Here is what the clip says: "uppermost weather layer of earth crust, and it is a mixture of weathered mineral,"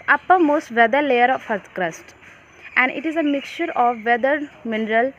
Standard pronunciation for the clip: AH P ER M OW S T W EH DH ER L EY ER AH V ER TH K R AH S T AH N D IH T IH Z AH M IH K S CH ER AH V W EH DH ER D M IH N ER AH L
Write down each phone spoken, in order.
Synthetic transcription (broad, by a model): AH P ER M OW S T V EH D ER L EY ER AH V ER T K R AH S T AH N D IH T IH Z AH M IH K S CH ER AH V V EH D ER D M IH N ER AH L